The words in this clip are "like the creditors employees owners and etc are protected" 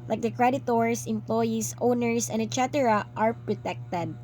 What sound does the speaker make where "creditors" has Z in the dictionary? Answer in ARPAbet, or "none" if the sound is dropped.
S